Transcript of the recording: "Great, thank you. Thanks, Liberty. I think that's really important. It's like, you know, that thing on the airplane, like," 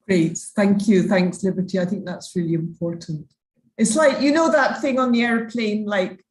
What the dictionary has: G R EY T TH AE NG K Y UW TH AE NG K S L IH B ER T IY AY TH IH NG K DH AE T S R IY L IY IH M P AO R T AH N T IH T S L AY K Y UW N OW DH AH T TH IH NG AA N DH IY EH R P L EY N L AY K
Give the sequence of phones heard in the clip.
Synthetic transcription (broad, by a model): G R EY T TH AE NG K Y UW TH AE NG K S L IH B ER T IY AY TH IH NG K DH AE T S R IY L IY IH M P AO R T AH N T IH T S L AY K Y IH N OW DH AH T TH IH NG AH N DH IY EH R P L EY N L AY K